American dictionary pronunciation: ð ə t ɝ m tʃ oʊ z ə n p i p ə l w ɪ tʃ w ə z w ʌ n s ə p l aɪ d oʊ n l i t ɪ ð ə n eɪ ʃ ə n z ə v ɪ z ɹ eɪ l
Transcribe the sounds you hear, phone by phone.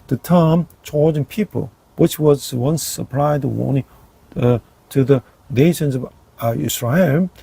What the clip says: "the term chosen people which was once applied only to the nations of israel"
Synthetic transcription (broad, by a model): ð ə t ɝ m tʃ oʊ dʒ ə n p i p ə l w ɪ tʃ w ə z w ʌ n s ə p l aɪ d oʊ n i t ɪ ð ə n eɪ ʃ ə n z ə v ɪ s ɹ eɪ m